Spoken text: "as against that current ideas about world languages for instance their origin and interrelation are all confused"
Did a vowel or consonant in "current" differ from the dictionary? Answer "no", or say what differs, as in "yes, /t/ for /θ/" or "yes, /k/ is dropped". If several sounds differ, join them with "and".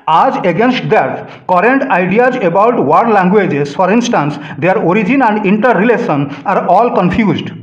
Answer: no